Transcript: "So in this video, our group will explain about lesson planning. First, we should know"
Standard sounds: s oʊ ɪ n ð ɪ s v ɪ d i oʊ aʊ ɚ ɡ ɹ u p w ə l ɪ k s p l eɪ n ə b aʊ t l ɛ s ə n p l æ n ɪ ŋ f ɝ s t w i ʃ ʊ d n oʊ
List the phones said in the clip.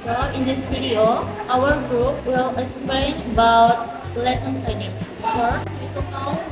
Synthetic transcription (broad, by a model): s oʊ ɪ n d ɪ s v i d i oʊ aʊ ɚ ɡ ɹ u p w ə l ɪ k s p l eɪ n ə b aʊ t l ɛ s ə n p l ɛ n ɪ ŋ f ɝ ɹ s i s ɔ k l